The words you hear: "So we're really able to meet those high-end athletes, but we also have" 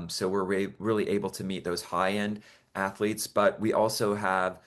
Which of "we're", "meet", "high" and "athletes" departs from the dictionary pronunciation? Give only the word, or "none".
none